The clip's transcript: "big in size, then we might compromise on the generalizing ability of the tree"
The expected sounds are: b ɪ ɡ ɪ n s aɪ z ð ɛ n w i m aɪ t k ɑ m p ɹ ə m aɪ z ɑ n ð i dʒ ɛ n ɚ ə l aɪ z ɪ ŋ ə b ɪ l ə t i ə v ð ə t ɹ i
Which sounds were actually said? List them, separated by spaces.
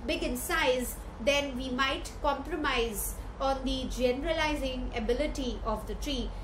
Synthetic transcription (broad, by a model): b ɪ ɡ ɪ n s aɪ z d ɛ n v i m aɪ t k ɑ m p ɹ ə m aɪ z ɑ n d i dʒ ɛ n ɚ ə l aɪ z ɪ ŋ ə b ɪ l ə t i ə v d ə t ɹ i